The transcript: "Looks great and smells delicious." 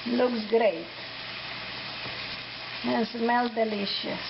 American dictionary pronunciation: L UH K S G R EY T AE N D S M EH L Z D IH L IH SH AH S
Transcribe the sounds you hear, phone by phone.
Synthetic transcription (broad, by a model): L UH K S G R EY T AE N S M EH L D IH L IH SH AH